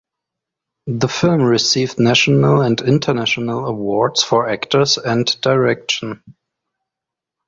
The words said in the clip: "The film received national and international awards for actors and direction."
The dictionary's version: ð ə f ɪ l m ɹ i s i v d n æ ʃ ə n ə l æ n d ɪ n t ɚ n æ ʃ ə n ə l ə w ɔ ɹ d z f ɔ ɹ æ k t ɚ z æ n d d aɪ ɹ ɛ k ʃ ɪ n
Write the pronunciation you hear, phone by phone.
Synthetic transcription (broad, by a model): ð ə f ɪ l m ɹ i s i v d n æ ʃ ə n ə l æ n d ɪ n t ɚ n æ ʃ ə n ə l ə w ɔ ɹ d s f ɔ ɹ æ k t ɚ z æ n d d aɪ ɹ ɛ k ʃ ɪ n